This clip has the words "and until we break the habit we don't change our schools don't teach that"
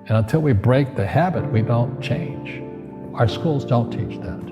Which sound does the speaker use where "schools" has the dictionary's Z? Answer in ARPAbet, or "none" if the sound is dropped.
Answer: Z